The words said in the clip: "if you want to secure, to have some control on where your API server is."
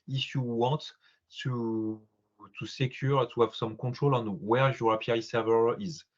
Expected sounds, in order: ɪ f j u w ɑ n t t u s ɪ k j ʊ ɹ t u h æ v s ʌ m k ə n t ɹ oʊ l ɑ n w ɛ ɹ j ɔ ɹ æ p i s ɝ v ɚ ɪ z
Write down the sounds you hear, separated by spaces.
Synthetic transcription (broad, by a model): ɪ f j u w ɑ t t u s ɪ k j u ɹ t u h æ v s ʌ m k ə t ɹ oʊ l ɑ n w ɛ ɹ j ɔ ɹ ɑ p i s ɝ v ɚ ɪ z